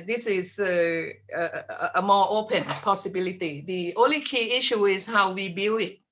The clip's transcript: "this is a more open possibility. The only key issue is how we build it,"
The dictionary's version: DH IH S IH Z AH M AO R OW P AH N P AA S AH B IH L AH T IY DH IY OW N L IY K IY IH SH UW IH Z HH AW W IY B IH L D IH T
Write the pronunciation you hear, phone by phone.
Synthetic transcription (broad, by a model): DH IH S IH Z AH M AO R OW P AH N P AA S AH B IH L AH T IY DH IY OW N L IY K IY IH SH UW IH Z HH AW W IY B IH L IH T